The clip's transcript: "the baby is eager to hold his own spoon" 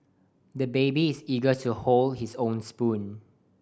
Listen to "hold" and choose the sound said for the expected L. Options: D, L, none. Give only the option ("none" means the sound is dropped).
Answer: L